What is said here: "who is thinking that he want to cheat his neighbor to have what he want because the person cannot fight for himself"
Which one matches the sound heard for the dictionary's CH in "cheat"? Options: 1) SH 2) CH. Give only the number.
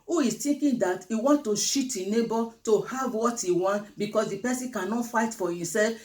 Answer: 1